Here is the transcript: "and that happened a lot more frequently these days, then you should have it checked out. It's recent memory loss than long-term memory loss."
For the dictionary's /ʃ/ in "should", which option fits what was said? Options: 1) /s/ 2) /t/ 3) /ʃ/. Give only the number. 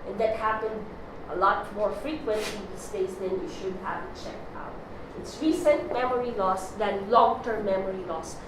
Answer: 3